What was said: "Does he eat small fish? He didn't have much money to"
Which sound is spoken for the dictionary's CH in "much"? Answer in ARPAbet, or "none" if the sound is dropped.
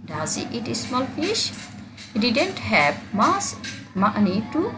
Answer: S